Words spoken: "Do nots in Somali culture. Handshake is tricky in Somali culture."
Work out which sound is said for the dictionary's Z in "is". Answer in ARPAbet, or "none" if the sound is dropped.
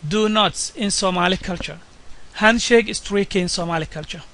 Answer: S